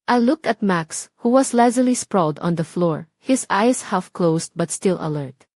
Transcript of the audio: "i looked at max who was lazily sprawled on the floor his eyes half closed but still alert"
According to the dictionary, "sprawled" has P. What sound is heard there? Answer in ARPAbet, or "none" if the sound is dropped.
P